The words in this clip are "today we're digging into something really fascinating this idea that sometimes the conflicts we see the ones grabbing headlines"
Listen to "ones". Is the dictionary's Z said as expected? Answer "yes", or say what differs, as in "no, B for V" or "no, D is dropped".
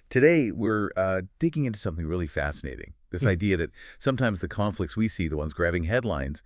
yes